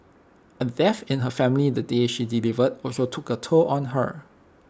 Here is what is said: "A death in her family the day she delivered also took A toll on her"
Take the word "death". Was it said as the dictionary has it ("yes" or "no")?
no